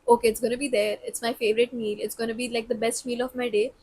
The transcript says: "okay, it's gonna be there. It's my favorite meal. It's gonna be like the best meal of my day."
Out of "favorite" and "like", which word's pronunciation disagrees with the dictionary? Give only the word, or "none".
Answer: none